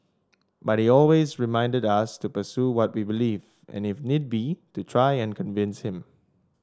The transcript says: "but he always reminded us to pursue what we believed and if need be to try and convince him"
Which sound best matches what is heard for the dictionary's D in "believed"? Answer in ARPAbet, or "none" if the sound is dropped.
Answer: none